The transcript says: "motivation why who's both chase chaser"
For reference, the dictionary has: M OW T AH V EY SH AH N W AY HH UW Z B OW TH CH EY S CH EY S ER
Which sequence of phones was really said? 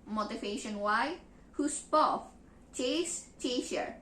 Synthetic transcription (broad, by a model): M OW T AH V EY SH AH N W AY HH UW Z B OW F CH EY S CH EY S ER